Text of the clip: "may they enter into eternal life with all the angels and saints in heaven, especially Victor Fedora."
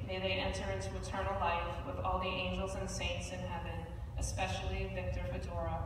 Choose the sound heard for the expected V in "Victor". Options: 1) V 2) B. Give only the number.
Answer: 1